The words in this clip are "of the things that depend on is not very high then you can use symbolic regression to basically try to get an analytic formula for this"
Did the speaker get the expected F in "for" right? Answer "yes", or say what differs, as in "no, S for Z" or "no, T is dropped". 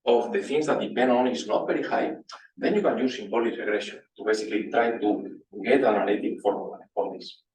no, P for F